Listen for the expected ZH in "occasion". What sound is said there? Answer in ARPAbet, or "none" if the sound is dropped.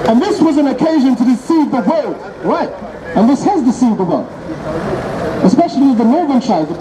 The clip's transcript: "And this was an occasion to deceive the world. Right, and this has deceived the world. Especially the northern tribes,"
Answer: ZH